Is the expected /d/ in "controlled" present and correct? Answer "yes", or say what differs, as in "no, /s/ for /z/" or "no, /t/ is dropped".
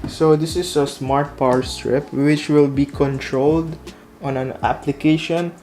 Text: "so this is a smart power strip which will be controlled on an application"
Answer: yes